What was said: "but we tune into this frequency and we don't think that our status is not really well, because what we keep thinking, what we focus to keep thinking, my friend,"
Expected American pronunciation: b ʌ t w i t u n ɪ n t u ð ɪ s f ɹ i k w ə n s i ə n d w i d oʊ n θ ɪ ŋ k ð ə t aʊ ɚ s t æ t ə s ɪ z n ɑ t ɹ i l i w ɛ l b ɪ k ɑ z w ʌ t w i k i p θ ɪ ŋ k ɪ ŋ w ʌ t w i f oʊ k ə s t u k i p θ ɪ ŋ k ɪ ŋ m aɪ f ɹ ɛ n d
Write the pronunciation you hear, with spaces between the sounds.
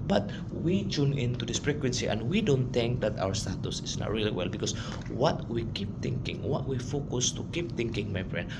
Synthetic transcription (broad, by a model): b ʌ t w i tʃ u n ɪ n t u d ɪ s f ɹ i k w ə n s i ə n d w i d oʊ n t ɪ ŋ k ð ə t aʊ ɚ s t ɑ t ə s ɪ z n ɑ t ɹ i l i w ɛ l b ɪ k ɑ s w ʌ t w i k i p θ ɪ ŋ k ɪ ŋ w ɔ t w i f oʊ k ə s t u k i p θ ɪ ŋ k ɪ ŋ m aɪ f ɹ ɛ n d